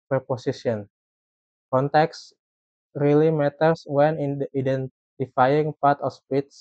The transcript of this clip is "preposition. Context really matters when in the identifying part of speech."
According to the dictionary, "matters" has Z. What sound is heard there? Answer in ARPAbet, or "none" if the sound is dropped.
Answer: S